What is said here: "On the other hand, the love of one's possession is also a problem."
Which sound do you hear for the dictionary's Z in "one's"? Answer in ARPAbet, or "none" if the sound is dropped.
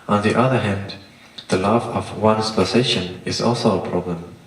S